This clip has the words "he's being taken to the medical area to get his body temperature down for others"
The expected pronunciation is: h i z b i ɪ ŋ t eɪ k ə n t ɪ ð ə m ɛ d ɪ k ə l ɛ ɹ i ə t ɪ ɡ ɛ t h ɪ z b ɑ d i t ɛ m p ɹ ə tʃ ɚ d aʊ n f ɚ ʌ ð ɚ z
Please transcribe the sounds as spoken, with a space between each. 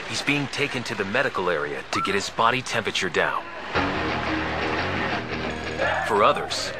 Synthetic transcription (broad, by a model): h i z b i ɪ ŋ t eɪ k ə n t ɪ ð ə m ɛ d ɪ k l ɛ ɹ i ə t ɪ ɡ ɛ t h ɪ z b ɑ d i t ɛ m p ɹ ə tʃ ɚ d aʊ n f ɚ ʌ ð ɚ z